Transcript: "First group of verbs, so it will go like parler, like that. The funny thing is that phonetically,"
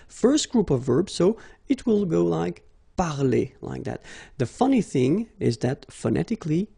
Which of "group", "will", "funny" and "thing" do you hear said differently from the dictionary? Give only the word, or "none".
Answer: none